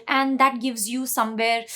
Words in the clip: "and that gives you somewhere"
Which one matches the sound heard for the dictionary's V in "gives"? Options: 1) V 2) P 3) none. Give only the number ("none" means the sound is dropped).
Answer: 1